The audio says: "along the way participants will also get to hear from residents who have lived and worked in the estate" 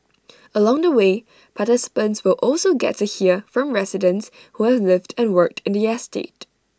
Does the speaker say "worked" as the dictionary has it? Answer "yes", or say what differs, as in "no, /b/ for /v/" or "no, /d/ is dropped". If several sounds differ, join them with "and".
yes